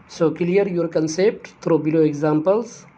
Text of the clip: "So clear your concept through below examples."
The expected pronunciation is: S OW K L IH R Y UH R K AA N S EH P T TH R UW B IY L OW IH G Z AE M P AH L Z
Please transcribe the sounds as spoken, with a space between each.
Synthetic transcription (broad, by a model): S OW K L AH R Y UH R K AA N S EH P T T R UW B IY L OW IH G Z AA M P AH L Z